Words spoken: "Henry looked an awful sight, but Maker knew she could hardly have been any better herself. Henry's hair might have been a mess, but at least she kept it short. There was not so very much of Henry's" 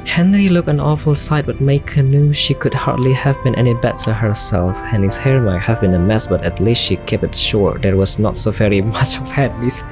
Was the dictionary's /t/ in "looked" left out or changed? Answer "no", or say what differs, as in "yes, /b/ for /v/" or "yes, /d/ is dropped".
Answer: yes, /t/ is dropped